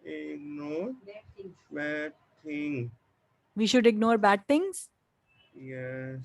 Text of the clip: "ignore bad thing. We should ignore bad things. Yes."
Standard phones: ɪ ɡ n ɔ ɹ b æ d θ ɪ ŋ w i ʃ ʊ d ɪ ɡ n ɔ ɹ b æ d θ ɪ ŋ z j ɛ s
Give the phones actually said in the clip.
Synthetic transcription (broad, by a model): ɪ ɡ n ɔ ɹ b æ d t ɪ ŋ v i ʃ ʊ d ɪ ɡ n ɔ ɹ b æ d t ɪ ŋ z j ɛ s